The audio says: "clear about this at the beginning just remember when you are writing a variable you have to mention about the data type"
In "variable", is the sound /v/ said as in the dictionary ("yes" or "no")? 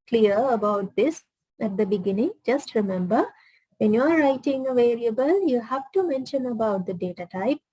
yes